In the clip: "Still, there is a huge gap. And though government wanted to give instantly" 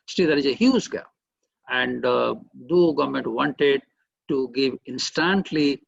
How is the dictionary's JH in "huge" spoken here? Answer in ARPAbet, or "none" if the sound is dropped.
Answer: Z